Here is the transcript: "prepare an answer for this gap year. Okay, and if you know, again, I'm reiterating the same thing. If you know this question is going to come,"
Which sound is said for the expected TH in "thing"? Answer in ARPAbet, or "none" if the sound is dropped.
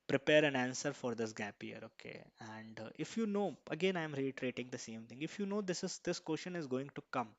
T